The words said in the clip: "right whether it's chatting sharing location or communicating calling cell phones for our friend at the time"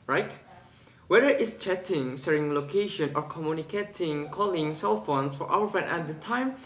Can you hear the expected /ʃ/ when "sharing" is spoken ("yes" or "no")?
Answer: no